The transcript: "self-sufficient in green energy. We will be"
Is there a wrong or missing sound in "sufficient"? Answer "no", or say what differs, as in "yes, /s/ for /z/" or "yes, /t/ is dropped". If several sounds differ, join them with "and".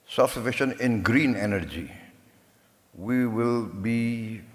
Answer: yes, /t/ is dropped